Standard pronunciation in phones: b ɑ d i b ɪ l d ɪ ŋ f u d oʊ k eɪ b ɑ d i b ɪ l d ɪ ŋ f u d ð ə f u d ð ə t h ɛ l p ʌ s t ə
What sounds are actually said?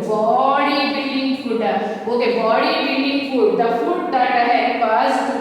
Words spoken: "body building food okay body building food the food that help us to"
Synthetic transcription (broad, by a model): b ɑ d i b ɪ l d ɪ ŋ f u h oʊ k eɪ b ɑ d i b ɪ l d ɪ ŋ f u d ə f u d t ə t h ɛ p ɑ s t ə